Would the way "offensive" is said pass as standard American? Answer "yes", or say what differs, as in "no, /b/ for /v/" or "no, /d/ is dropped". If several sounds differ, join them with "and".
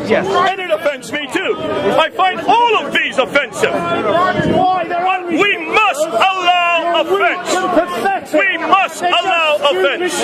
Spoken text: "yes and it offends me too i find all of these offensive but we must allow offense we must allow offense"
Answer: yes